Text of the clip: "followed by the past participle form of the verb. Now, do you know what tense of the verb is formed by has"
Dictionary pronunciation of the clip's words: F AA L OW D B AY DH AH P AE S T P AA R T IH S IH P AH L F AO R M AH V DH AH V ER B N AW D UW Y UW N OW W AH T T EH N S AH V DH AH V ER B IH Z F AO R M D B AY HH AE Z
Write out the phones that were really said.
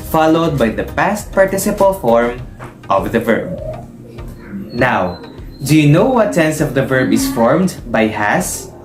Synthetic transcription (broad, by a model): F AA L OW D B AY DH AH P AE S T P AA R T IH S IH P AH L F AO R M AH V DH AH V ER B N AW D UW Y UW N OW W AH T S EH N S AH V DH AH V ER B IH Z F AO R M D B AY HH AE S